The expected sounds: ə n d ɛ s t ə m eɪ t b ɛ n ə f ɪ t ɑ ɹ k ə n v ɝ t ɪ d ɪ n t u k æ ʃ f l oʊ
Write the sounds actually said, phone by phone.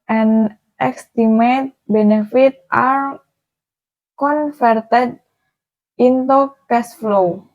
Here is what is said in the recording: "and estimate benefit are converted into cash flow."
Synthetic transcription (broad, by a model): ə n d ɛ s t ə m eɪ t b ɛ n ə f ɪ t ɑ ɹ k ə n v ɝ t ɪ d ɪ n t u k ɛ s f l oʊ